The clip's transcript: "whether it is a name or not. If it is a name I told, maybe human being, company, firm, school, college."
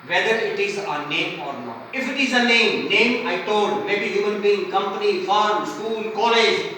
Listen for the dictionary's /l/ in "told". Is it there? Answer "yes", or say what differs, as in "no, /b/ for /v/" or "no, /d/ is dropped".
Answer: no, /n/ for /l/